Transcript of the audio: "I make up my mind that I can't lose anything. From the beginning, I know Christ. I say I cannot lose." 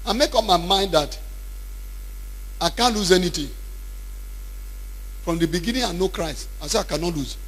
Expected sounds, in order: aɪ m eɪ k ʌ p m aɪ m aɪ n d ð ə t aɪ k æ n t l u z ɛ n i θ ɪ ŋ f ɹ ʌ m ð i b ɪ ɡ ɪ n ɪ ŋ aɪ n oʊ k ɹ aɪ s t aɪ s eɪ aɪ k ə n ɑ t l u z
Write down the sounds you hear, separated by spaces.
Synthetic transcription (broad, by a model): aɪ m eɪ k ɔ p m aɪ m aɪ n d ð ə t aɪ k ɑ n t l u z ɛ n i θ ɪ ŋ f ɹ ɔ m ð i b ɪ ɡ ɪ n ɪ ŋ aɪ n oʊ k ɹ aɪ s t aɪ s eɪ aɪ k ə n ɑ t l u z